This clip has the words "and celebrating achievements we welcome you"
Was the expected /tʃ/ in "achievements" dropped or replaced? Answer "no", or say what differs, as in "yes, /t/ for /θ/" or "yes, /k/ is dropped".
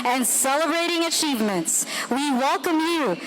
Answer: no